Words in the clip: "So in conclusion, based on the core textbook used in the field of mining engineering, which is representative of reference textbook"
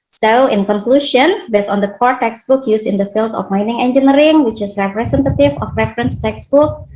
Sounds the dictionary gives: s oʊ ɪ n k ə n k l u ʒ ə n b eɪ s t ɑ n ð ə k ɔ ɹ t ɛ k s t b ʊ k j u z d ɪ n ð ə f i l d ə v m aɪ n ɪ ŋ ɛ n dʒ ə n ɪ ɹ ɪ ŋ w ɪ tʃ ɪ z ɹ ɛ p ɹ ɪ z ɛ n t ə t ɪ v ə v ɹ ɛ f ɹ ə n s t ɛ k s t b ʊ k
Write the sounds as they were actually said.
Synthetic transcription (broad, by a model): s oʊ ɪ n k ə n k l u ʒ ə n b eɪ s ɑ n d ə k ɔ ɹ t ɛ k s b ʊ k j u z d ɪ n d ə f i l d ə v m aɪ n ɪ ŋ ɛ n dʒ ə n ɹ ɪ ŋ w ɪ tʃ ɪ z ɹ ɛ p ɹ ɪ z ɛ n t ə t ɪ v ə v ɹ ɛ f ɹ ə n s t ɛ k s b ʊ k